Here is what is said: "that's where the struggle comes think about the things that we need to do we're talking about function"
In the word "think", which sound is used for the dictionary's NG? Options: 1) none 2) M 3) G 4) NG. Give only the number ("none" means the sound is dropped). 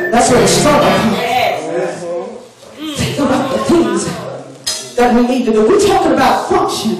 1